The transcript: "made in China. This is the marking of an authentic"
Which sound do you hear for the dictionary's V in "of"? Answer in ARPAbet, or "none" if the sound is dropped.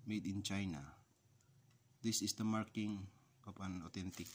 P